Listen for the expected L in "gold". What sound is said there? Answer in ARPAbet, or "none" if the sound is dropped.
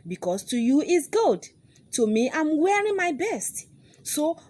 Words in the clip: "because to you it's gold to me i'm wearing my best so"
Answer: none